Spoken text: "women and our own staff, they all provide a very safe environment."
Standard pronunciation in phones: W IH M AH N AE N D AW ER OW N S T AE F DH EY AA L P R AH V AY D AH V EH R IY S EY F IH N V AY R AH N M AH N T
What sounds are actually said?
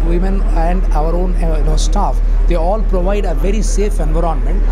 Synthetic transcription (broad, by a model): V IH M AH N AE N D AW ER OW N S T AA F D EY AA L P R AH V AY D AH V EH R IY S EY F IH N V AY R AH N M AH N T